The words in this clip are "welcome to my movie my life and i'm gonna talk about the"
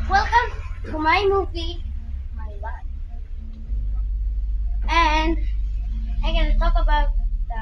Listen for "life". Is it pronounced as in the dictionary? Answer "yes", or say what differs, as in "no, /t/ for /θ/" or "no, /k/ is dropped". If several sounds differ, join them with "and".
no, /f/ is dropped